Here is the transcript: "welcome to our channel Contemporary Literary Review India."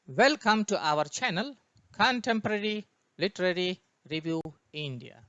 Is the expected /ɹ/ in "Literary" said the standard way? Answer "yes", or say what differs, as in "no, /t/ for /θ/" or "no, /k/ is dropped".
yes